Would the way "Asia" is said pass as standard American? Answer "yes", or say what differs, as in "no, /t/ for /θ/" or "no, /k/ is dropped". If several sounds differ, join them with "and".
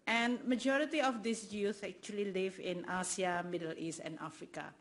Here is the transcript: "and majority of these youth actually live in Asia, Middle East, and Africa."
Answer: no, /s/ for /ʒ/